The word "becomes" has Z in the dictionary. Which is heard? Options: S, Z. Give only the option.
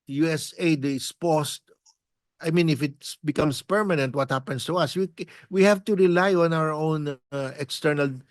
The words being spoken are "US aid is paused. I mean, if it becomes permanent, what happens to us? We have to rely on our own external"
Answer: S